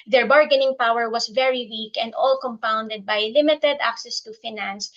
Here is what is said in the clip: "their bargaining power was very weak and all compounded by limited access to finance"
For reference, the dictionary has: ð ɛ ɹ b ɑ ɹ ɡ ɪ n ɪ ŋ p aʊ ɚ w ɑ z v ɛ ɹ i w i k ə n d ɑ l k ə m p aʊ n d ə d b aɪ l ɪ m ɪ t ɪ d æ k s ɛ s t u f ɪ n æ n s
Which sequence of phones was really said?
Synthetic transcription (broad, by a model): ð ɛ ɹ b ɑ ɹ ɡ ɪ n ɪ ŋ p aʊ ɚ w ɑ s v ɛ ɹ i w i k ə n d ɑ l k ə m p aʊ n d ə d b aɪ l ɪ m ɪ t ɪ d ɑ k s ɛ s t u f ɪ n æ n s